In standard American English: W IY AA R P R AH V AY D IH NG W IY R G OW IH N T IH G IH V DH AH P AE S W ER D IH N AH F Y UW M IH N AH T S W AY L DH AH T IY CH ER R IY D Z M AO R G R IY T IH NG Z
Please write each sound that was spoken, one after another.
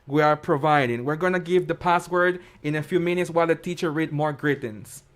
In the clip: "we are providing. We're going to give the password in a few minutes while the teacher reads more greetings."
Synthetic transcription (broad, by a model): W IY AA R P R AH V AY D IH NG W IY R G OW IH N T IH G IH V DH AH P AE S W ER D IH N AH F Y UW M IH N AH T S W AY L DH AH T IY CH ER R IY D M AO R G R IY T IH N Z